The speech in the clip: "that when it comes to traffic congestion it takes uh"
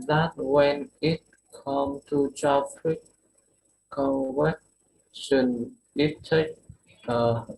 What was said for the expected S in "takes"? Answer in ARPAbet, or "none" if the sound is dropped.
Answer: none